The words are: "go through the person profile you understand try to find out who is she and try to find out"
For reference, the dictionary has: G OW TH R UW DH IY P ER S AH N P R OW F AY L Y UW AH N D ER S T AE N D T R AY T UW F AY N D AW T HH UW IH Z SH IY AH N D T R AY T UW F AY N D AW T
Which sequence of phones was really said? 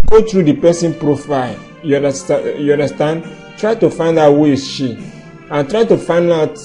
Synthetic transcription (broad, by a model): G OW T R UW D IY P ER S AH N P R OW F AY L Y UW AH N D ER S T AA N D T R AY T UW F AY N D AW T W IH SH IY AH N T R AY T UW F AY N D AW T